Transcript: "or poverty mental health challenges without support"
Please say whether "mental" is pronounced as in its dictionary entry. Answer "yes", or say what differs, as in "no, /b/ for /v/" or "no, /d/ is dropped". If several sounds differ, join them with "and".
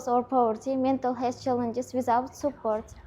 yes